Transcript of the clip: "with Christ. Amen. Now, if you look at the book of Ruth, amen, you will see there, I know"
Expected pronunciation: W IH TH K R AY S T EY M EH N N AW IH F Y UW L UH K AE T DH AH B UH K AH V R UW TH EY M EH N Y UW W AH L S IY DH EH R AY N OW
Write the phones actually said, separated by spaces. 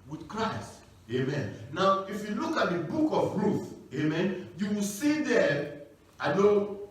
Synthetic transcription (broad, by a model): W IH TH K R AY S T EY M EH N N AW IH F Y UW L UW K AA T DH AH B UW K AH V R UW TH EY M EH N Y UW W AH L S IY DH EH AY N OW